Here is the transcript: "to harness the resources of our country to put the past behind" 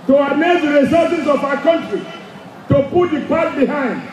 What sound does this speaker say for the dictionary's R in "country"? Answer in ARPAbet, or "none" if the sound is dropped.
R